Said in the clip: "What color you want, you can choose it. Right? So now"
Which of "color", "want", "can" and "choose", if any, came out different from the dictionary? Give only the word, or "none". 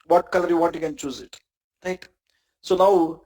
want